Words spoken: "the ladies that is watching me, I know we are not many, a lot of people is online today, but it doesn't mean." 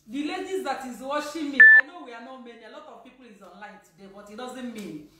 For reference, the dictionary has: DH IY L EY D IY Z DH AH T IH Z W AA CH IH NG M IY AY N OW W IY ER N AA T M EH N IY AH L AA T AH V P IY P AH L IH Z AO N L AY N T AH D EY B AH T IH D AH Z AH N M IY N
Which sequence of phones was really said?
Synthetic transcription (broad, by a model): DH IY L EY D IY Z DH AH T IH Z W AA SH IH M IY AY N OW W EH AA N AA M EH N IY AH L AA T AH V P IY P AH L IH Z AO N L AY N T AH D EY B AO T IH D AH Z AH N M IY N